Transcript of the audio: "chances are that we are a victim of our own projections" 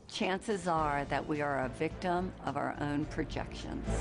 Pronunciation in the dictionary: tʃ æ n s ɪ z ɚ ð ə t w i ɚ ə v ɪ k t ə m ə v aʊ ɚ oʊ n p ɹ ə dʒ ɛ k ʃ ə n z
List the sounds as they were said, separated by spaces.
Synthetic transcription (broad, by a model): tʃ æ n s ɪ z ɚ ð ə t w i ɚ ə v ɪ k t ə m ə v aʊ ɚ oʊ n p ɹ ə dʒ ɛ k ʃ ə n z